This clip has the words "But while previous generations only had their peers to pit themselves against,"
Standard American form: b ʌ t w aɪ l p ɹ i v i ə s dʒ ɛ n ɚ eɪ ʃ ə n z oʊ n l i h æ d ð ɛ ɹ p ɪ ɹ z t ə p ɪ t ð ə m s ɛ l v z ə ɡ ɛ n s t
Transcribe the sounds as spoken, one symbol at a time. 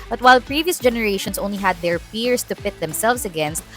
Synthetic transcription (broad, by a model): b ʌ t w aɪ l p ɹ i v i ə s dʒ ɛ n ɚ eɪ ʃ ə n s oʊ n l i h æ d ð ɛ ɹ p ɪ ɹ s t ə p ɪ t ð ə m s ɛ l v s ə ɡ ɛ n s t